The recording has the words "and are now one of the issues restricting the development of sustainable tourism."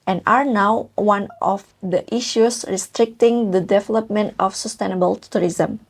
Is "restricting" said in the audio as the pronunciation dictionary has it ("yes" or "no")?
yes